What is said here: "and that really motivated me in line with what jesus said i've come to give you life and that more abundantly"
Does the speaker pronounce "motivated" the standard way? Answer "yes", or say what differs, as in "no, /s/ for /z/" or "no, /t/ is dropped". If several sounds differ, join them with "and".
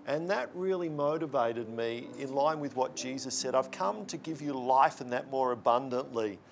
yes